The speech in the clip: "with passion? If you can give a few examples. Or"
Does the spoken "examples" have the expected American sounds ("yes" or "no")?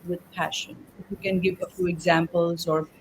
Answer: yes